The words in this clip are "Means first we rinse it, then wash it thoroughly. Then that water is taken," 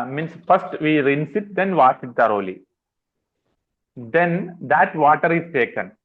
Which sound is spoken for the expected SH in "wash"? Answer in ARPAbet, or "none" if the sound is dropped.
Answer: S